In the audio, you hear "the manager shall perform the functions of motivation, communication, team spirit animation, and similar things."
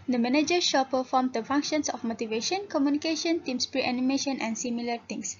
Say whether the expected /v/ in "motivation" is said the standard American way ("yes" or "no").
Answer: yes